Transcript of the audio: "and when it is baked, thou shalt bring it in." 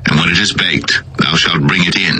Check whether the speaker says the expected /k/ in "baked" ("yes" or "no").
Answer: yes